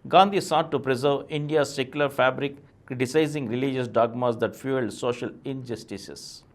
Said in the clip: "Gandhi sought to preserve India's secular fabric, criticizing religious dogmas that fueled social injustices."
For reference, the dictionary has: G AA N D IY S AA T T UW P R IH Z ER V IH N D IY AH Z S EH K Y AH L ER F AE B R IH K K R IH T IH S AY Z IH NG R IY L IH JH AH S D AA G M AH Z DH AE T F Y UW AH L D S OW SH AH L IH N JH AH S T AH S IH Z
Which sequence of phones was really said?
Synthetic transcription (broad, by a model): G AA N D IY S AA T T UW P R IH Z ER V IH N D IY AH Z S EH K Y AH L ER F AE B R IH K K R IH T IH S AY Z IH NG R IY L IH JH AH S D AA G M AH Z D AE T F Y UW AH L D S OW SH AH L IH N JH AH S T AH S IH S